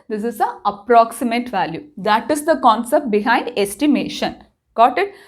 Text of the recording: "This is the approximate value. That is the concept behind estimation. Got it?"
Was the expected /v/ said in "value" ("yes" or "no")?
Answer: yes